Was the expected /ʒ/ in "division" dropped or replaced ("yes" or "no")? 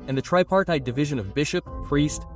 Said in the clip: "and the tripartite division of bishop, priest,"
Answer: no